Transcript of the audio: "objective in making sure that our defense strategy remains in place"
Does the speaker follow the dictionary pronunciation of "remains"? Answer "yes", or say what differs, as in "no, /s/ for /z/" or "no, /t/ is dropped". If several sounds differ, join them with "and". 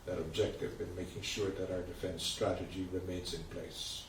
yes